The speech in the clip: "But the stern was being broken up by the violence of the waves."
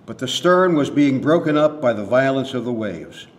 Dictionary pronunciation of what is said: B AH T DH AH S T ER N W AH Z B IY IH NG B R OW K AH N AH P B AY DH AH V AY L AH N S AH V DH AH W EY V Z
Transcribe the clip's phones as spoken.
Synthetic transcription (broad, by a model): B AH T DH AH S T ER N W AH Z B IY IH NG B R OW K AH N AH P B AY DH AH V AY L AH N S AH V DH AH W EY V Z